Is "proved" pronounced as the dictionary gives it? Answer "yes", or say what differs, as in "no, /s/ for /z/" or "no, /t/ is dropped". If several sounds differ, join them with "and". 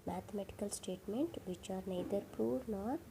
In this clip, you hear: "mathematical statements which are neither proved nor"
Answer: no, /v/ is dropped